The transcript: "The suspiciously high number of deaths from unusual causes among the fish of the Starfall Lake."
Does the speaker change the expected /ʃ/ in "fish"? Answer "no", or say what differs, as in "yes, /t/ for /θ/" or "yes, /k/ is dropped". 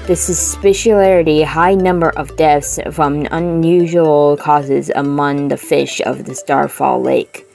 no